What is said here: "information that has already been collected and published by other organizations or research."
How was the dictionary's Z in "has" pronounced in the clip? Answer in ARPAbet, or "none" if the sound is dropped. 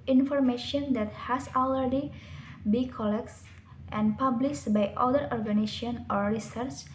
S